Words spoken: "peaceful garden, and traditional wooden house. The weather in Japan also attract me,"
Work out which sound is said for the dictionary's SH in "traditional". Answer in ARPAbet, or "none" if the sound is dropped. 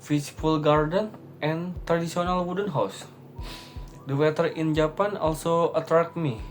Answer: S